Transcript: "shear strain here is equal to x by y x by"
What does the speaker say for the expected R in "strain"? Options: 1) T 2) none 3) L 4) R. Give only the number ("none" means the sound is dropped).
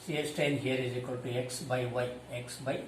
2